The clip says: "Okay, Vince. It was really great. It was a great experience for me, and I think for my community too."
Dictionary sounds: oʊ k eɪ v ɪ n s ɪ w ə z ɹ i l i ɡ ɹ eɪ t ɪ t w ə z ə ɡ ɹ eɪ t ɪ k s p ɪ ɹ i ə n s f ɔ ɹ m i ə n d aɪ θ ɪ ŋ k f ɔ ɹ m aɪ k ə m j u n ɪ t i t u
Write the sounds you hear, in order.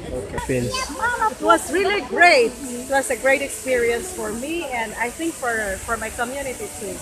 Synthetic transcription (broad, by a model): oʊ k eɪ p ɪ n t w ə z ɹ i l i ɡ ɹ eɪ t ɪ t w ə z ə ɡ ɹ eɪ t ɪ k s p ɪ ɹ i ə n s f ɔ ɹ m i ə n d aɪ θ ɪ ŋ k f ɔ ɹ m aɪ k ə m j u n ɪ t i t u